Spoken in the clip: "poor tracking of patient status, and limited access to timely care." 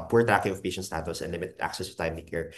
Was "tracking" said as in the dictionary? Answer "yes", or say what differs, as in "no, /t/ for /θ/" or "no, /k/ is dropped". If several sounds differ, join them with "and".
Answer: no, /ɹ/ is dropped